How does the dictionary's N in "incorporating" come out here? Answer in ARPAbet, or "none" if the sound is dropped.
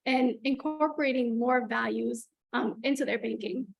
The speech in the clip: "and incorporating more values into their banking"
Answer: N